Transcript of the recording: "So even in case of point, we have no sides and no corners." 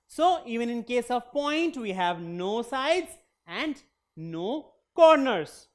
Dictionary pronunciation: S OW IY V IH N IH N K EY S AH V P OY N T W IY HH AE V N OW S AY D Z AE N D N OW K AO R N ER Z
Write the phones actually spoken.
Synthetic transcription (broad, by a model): S OW IY V IH N IH N K EY S AH V P OY N T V IY HH AE V N OW S AY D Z AE N D N OW K AO R N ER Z